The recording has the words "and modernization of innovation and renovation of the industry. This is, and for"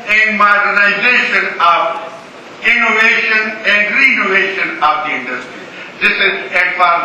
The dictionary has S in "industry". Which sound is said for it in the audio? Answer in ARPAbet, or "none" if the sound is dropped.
S